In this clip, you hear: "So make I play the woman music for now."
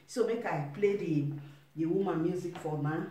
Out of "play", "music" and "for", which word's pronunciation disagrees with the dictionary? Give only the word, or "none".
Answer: for